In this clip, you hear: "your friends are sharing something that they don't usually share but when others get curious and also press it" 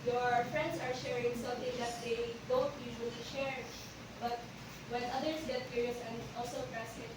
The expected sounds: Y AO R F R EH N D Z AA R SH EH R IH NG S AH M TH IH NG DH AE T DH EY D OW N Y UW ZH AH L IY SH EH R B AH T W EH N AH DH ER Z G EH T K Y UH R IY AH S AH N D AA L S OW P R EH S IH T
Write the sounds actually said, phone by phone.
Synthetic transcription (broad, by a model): Y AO R F R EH N D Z AA R SH EH R IH NG S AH M T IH NG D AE T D EY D OW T Y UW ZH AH L IY SH EH R B AH T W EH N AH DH ER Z G EH T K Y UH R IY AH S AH N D AA L S OW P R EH S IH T